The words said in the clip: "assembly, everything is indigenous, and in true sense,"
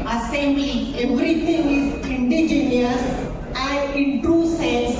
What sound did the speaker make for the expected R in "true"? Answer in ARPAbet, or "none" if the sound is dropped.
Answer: none